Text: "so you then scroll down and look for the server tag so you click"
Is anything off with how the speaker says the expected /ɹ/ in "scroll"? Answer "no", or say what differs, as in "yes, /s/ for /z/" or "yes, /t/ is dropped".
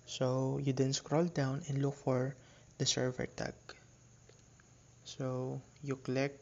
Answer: no